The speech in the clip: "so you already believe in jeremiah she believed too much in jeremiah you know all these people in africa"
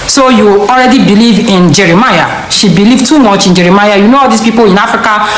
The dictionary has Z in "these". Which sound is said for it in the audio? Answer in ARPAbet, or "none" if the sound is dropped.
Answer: S